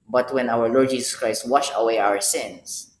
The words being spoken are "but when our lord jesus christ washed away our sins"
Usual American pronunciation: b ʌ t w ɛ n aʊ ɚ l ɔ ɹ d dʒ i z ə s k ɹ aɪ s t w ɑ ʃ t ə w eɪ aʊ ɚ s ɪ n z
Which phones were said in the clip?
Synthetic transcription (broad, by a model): b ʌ t w ɛ n aʊ ɚ l ɔ ɹ d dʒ i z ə s k ɹ aɪ s t w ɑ ʃ ə w eɪ aʊ ɚ s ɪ n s